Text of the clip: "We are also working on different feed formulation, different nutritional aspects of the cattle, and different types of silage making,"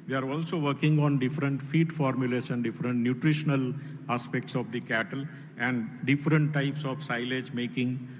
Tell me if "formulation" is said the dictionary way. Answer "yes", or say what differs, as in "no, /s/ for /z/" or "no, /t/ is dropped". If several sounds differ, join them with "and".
no, /s/ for /ʃ/